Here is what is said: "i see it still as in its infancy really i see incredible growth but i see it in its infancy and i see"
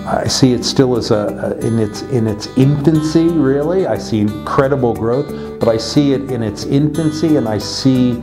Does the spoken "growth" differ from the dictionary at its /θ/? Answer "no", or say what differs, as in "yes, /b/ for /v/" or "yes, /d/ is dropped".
no